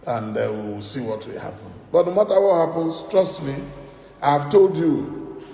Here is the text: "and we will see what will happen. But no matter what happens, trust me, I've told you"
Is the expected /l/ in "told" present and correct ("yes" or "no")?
yes